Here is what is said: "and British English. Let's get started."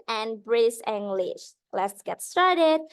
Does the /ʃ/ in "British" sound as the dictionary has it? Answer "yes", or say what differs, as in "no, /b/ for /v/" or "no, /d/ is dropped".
no, /s/ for /ʃ/